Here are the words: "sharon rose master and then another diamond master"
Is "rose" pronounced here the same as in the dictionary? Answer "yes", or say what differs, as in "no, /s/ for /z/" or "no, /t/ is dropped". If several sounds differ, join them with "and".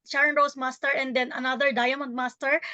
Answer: no, /s/ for /z/